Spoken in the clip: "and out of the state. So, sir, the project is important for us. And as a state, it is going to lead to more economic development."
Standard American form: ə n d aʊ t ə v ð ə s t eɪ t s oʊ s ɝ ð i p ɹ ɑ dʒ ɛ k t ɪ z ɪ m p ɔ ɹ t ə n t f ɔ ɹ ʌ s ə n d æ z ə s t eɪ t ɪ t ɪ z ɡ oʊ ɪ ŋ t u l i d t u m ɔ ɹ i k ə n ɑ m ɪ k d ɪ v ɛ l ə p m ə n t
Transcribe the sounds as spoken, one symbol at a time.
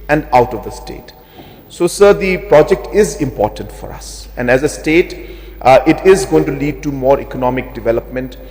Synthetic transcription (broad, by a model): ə n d aʊ t ə v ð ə s t eɪ t s oʊ s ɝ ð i p ɹ ɑ dʒ ɛ k t ɪ z ɪ m p ɔ ɹ t ə n t f ɔ ɹ ʌ s ə n d æ z ə s t eɪ t ɪ t ɪ z ɡ oʊ ɪ ŋ t u l i d t u m ɔ ɹ i k ə n ɑ m ɪ k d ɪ v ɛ l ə p m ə n t